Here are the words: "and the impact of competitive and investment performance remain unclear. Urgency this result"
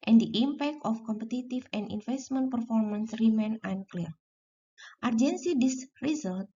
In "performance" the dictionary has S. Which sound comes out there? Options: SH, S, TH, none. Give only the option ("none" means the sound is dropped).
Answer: S